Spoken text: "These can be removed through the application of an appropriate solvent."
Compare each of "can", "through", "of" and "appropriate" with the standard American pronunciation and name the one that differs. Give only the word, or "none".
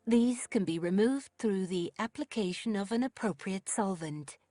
none